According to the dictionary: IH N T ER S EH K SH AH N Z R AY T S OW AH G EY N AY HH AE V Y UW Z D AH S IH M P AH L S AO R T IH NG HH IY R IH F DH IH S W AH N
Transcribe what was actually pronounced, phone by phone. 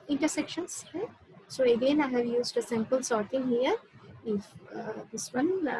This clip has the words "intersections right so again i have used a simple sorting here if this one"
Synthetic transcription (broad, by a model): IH N T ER S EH K SH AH N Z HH S OW AH G EY N AY HH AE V Y UW Z D AH S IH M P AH L S AO R T IH NG HH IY R IH F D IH S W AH N